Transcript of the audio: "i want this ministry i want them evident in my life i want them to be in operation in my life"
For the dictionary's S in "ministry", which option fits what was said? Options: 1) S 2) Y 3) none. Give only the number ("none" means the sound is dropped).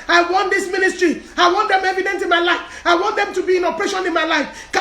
1